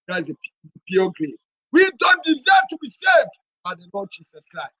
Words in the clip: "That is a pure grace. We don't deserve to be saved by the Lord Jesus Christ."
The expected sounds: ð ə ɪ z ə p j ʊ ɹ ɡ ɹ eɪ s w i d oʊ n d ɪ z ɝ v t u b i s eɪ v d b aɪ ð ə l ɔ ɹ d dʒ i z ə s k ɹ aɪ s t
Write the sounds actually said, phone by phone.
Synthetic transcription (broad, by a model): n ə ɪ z ə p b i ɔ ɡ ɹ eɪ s w i d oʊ n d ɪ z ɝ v t u b i s eɪ v d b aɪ ð ə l ɔ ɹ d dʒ i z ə s k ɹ aɪ s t